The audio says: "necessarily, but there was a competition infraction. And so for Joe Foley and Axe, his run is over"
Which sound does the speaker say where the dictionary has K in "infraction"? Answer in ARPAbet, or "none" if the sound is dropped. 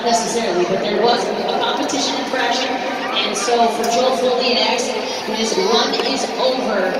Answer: none